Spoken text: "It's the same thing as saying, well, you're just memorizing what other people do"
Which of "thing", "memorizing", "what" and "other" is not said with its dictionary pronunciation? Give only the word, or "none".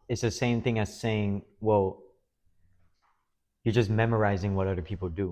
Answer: none